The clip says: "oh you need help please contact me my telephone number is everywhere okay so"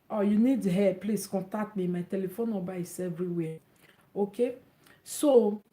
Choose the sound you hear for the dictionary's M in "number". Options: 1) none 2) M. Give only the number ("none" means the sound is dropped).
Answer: 1